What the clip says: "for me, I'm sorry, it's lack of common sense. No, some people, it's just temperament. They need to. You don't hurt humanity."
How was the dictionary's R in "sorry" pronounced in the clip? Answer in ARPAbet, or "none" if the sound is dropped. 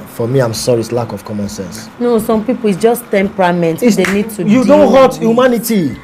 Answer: R